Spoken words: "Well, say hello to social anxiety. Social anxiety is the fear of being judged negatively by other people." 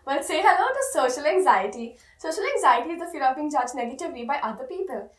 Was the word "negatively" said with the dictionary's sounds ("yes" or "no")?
no